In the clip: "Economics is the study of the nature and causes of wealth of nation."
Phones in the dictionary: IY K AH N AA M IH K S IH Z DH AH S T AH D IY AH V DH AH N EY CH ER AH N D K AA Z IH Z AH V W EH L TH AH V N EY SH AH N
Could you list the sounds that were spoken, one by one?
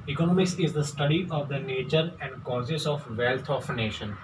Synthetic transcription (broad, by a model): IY K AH N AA M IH K S IH Z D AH S T AH D IY AH V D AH N EY CH ER AH N D K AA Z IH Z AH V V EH L T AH F N EY SH AH N